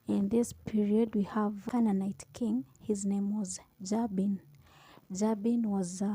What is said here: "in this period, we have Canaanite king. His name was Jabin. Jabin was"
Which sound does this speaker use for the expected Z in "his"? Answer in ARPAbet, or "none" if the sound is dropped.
Z